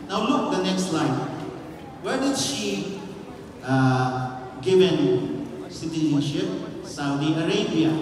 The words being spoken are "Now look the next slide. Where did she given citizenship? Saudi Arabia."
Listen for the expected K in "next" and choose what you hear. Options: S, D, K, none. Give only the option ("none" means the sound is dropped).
K